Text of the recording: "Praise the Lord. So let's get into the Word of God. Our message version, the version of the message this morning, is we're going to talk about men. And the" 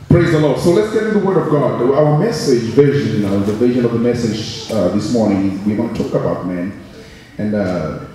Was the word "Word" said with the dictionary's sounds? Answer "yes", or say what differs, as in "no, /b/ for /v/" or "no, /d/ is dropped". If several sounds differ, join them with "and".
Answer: yes